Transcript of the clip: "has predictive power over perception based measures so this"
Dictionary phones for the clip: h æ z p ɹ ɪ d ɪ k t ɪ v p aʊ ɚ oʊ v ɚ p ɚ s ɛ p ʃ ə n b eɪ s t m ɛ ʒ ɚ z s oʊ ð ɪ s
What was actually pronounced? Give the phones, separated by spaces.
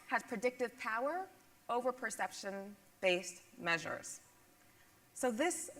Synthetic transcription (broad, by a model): h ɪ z p ɹ ɪ d ɪ k t ɪ v p aʊ ɚ oʊ v ɚ p ɚ s ɛ p ʃ ə n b eɪ s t m ɛ ʒ ɚ z s oʊ ð ɪ s